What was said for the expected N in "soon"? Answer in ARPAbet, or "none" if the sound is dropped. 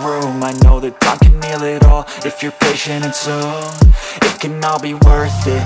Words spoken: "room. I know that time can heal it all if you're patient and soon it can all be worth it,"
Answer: none